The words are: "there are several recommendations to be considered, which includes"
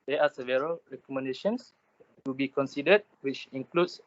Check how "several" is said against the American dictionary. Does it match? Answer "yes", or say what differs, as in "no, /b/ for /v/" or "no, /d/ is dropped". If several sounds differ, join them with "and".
yes